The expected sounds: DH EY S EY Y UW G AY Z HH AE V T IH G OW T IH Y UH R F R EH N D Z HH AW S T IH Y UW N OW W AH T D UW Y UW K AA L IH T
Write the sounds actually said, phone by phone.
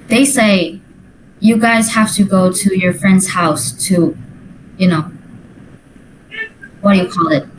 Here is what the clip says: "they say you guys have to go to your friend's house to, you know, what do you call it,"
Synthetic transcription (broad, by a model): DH EY S EY Y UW G AY Z HH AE F T IH G OW T IH Y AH R F R EH N D Z HH AW S T IH Y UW N OW W AH T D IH Y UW K AA L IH T